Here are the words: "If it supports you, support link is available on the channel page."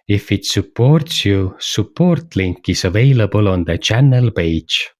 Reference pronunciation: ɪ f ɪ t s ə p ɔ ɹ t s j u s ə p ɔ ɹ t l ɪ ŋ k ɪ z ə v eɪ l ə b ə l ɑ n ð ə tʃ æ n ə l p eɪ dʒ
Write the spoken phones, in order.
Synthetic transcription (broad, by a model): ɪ f ɪ t s ə p ɔ ɹ t s j u s ə p ɔ ɹ t l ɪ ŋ k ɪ s ə v eɪ l ə b ə l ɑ n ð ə tʃ æ n ə l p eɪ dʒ